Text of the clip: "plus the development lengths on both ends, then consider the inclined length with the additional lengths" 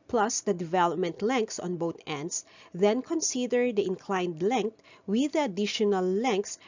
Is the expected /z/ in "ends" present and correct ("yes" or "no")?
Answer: no